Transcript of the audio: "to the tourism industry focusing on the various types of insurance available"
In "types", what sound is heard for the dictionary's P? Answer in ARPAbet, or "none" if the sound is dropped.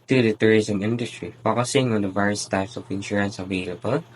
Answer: P